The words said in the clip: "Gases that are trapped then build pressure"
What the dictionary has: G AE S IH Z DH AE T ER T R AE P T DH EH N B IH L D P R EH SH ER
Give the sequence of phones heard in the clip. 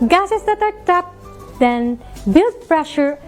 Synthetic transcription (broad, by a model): G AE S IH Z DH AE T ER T AH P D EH N B IH L D P R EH SH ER